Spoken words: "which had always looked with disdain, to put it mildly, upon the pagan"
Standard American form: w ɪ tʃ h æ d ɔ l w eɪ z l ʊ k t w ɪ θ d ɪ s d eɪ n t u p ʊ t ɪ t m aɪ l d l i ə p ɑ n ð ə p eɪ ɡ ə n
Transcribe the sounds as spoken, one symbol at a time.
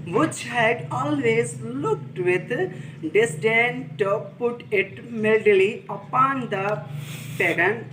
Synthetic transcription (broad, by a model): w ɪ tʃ h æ d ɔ l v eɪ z l ʊ k t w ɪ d d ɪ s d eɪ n t u p ʊ t ɪ t m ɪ l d l i ə p ɑ n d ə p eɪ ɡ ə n